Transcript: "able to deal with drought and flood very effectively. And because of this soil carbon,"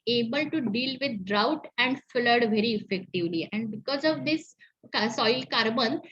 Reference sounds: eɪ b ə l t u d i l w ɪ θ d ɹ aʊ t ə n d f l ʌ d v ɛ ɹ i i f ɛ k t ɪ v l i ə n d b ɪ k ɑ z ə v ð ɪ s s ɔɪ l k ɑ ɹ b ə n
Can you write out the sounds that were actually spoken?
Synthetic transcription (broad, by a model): eɪ b ə l t u d i l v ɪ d d ɹ aʊ t ə n d f l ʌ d v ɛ ɹ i i f ɛ k t ɪ v l i ə n d b ɪ k ɑ z ə v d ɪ s s ɔɪ l k ɑ ɹ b ə n